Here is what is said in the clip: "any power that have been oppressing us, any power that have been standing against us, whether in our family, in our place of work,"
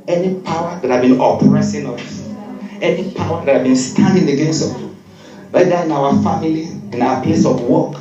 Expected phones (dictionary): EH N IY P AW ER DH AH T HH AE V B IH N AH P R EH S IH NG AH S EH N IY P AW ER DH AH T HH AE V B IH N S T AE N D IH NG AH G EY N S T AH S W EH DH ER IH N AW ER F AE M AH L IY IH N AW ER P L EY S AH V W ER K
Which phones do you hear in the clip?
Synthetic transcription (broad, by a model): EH N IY P AW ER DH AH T HH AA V B IH N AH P R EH S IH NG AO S EH N IY P AW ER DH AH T HH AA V B IH N S T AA N D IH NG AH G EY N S AO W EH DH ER IH N AW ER F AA M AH L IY IH N AW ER P L EY S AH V W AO K